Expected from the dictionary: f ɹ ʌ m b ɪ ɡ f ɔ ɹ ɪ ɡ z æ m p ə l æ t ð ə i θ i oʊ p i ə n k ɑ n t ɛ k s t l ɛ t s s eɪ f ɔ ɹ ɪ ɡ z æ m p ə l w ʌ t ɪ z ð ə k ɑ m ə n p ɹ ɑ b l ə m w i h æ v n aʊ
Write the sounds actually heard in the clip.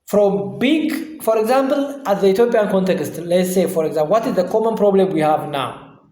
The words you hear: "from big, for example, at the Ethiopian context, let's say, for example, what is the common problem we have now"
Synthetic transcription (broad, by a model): f ɹ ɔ m b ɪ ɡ f ɔ ɹ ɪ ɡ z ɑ m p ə l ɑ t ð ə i t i oʊ p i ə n k ɑ n t ɛ k s t l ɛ t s s eɪ f ɔ ɹ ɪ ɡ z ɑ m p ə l w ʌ t ɪ z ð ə k ɑ m ə n p ɹ ɑ b l ə m w i h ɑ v n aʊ